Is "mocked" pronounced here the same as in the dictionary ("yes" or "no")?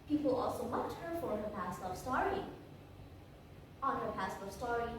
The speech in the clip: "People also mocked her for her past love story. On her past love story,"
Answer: no